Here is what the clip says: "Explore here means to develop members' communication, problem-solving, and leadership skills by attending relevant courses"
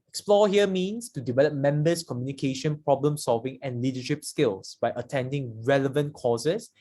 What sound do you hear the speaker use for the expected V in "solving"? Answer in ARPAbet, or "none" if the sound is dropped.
V